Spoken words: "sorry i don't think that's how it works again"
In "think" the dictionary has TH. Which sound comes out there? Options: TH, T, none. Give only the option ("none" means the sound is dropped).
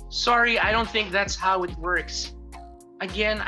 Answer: TH